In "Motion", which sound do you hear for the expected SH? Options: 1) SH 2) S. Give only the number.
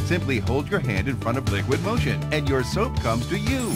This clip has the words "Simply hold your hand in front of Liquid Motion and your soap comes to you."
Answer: 1